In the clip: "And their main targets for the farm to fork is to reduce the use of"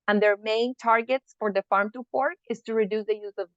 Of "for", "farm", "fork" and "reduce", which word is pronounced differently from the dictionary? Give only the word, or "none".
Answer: fork